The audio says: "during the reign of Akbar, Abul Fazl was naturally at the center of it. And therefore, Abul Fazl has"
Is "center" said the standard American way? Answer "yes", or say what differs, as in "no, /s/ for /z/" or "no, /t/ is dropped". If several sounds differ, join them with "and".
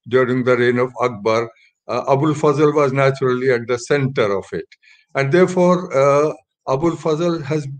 yes